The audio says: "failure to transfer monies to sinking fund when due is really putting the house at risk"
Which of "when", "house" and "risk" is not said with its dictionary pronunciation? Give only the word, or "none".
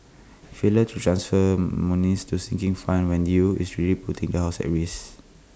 risk